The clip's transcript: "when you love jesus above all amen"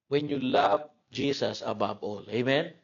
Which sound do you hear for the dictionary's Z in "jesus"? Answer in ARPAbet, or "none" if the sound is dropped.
S